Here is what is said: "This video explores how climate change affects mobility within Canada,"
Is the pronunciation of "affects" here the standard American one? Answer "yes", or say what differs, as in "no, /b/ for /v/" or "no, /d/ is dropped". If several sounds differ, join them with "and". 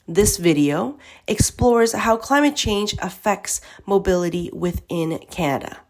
yes